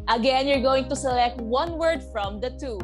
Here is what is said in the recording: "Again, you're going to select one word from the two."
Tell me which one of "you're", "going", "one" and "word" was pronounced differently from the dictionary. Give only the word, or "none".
none